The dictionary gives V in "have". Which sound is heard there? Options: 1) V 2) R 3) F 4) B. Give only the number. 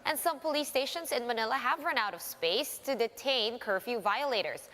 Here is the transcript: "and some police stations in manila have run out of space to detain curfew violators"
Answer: 1